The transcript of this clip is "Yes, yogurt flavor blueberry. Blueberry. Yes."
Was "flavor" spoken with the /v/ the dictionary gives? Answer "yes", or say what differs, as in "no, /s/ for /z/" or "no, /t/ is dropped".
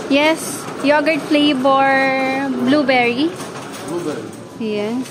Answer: no, /b/ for /v/